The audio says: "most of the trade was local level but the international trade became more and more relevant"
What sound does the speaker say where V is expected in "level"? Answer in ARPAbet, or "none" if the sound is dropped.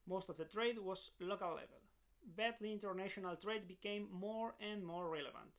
V